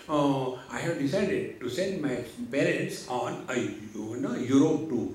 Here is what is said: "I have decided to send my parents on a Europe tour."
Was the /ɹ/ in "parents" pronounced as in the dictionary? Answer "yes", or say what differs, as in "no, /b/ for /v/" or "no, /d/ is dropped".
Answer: no, /l/ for /ɹ/